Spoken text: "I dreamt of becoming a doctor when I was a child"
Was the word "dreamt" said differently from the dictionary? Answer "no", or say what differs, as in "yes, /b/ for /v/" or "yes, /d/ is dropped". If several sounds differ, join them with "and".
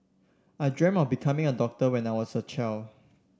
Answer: yes, /t/ is dropped